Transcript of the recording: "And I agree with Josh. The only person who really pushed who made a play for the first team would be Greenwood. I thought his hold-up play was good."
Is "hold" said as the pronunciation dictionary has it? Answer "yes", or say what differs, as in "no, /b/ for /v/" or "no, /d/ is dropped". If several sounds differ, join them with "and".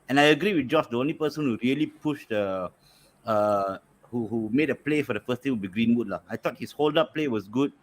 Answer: yes